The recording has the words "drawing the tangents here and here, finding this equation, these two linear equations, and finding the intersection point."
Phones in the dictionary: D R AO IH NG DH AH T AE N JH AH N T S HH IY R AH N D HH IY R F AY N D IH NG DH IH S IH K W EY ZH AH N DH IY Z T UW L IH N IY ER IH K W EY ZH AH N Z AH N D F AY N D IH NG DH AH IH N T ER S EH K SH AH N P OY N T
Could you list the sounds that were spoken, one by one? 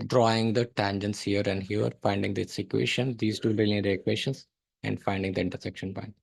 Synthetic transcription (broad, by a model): D R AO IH NG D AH T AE N JH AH N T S HH IY R AH N D HH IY R F AY N D IH NG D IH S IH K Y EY SH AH N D IY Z T UW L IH L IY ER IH K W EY SH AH N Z AH N D F AY N D IH NG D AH IH N T ER S EH K SH AH N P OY N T